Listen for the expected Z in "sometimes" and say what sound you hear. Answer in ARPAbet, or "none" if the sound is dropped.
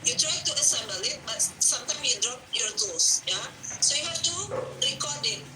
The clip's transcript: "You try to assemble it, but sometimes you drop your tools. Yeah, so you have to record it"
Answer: none